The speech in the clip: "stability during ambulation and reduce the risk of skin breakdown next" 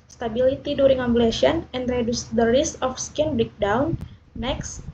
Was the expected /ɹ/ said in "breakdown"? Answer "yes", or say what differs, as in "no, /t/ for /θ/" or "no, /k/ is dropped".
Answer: no, /ɹ/ is dropped